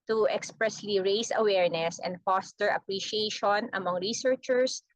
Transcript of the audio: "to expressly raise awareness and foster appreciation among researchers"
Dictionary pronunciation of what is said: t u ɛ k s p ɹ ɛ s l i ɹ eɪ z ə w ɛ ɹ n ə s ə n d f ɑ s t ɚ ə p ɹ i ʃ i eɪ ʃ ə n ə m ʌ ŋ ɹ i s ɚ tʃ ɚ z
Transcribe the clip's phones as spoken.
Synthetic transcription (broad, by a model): t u ɛ k s p ɹ ɛ s l i ɹ eɪ s ə w ɛ ɹ n ə s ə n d f ɑ s t ɚ ə p ɹ i ʃ i eɪ ʃ ə n ə m ʌ ŋ ɹ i s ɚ tʃ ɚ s